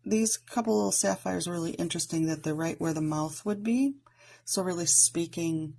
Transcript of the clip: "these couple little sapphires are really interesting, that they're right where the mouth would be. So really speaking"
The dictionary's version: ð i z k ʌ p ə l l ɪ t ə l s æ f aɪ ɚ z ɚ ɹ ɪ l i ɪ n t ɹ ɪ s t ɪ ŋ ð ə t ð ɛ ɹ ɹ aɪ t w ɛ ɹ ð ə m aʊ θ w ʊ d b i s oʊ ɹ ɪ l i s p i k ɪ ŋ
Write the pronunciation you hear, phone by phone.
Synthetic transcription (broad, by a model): ð i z k ʌ p l l ɪ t l s æ f aɪ ɚ z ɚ ɹ ɪ l i ɪ n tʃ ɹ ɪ s t ɪ ŋ ð ə t ð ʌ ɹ ɹ aɪ t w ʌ ɹ ð ə m aʊ θ w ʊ d b i s oʊ ɹ ɪ l i s p i k ɪ ŋ